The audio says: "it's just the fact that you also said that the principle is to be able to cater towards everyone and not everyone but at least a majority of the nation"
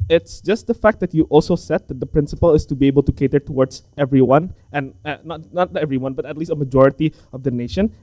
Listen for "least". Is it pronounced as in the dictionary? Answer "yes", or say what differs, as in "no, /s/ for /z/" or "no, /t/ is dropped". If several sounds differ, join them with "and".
yes